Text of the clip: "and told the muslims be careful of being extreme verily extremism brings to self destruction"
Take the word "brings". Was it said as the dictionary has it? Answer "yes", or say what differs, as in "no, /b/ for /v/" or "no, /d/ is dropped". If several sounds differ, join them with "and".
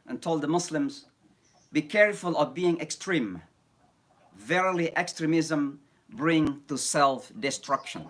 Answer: no, /z/ is dropped